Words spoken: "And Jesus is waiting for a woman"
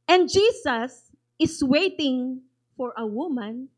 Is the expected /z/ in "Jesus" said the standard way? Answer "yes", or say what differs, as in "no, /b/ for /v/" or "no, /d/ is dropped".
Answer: no, /s/ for /z/